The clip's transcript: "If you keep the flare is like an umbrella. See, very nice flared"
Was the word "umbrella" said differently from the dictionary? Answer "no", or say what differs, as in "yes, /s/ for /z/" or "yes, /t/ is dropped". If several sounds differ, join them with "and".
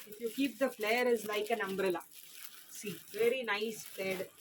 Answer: no